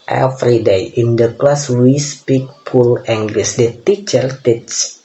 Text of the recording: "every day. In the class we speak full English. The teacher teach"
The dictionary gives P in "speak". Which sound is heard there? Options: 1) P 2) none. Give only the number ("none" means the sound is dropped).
1